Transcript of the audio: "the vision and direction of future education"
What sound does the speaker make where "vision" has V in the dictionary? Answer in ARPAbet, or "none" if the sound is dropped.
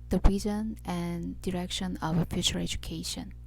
B